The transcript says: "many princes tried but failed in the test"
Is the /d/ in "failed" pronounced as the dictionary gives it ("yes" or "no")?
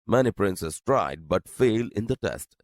no